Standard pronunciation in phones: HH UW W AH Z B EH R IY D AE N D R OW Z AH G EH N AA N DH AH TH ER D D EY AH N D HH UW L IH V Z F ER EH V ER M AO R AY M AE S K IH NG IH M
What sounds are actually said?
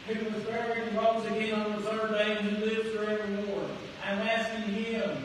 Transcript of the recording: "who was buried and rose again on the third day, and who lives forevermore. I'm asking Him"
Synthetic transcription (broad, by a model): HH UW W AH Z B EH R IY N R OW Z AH G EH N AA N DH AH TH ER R D EY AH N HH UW L IH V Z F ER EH V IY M AO R AY M AE S K IH NG IH M